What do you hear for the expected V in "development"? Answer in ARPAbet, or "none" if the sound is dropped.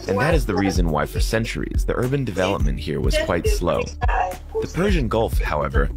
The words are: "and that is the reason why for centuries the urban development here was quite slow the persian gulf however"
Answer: V